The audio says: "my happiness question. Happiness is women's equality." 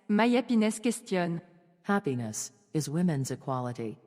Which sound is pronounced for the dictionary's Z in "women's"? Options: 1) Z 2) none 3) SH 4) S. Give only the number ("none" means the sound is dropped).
1